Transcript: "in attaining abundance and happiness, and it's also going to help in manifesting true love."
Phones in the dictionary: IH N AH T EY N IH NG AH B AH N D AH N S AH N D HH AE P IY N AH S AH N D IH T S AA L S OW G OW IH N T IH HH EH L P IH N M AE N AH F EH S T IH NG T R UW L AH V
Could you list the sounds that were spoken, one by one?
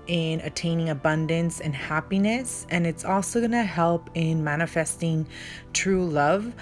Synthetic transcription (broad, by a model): IH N AH T EY N IH NG AH B AH N D AH N S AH N HH AE P IY N AH S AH N IH T S AA L S OW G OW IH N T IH HH EH L P IH N M AE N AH F EH S T IH NG T R UW L AH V